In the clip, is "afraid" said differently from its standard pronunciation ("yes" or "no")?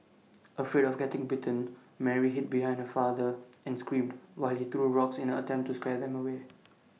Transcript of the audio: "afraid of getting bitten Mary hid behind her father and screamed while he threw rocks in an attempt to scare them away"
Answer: yes